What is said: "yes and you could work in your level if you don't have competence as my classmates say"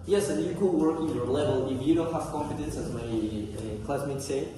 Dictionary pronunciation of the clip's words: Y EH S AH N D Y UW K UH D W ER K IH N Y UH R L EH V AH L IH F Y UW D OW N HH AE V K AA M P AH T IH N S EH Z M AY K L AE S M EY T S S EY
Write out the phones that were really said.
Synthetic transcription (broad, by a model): Y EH S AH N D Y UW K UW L W ER K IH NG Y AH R L EH V AH L IH F Y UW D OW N HH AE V K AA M F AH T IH N S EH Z M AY K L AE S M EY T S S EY